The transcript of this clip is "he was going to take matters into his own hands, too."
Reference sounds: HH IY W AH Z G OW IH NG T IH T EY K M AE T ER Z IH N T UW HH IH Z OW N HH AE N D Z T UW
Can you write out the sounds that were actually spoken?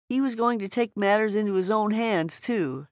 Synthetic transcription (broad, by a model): HH IY W AH Z G OW IH NG T IH T EY K M AE T ER Z IH N T UW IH Z OW N HH AE N D Z T UW